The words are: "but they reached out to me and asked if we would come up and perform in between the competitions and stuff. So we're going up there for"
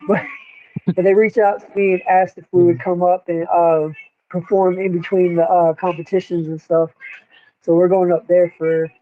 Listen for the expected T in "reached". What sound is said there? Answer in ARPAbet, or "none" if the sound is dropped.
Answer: none